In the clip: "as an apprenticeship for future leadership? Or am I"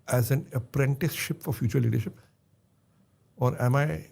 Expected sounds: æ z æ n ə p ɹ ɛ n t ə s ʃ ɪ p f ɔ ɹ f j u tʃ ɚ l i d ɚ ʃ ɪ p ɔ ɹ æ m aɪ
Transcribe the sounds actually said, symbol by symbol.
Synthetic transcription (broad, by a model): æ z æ n ə p ɹ ɛ n t ə s ʃ ɪ p f ɔ ɹ f j u tʃ ɚ l i d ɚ ʃ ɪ p ɔ ɹ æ m aɪ